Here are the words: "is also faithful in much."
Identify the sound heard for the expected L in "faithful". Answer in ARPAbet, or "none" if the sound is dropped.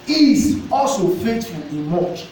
N